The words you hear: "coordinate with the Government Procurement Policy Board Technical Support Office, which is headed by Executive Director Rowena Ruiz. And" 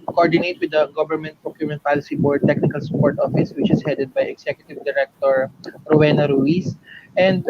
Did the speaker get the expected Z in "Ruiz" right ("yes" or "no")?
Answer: no